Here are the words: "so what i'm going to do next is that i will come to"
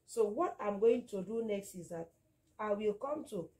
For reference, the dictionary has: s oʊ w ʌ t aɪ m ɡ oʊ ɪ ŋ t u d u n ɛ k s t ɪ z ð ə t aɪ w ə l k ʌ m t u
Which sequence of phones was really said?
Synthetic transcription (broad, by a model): s oʊ w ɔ t aɪ m ɡ oʊ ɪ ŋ t u d u n ɛ k s t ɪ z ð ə t aɪ w ə l k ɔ m t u